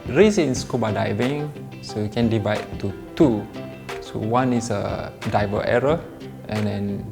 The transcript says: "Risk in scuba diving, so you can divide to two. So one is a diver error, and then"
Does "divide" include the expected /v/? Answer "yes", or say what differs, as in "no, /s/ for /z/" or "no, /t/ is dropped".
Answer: yes